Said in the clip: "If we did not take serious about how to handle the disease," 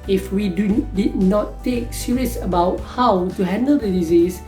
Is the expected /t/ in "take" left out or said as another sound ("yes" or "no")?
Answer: no